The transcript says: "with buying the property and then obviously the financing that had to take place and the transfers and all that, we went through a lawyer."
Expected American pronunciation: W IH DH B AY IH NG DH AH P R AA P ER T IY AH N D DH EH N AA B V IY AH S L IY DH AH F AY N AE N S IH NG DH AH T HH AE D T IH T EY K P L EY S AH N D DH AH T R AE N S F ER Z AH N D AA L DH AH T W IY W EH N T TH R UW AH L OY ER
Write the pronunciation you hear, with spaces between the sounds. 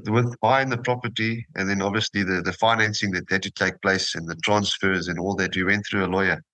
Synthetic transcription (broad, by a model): W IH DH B AY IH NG DH AH P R AA P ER T IY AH N DH EH N AA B V IY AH S L IY DH AH F AY N AE N S IH NG DH AH T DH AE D T IH T EY K P L EY S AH N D DH AH T R AE N S F ER Z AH N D AA L DH AH T W IY W EH N T TH R UW AH L OY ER